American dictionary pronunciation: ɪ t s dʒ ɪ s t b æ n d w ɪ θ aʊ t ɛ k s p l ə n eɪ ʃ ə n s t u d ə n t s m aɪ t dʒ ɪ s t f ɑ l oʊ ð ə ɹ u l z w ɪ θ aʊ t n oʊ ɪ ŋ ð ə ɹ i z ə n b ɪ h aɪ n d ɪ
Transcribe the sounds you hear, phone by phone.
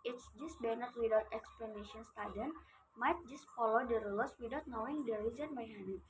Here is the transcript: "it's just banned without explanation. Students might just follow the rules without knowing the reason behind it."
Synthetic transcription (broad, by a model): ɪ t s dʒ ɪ s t b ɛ n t w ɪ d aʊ t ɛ k s p l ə n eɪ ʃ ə n s t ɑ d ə n m aɪ t dʒ ɪ s t f ɑ l oʊ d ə ɹ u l s w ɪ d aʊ t n oʊ ɪ ŋ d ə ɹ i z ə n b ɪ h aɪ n ɪ